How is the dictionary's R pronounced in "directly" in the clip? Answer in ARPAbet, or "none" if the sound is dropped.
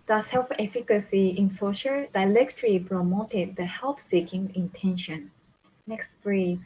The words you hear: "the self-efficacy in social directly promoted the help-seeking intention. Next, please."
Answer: L